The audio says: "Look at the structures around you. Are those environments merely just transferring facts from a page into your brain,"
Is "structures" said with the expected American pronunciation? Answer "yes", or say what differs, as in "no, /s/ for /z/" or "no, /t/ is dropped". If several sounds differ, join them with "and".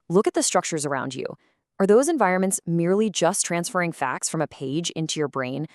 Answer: yes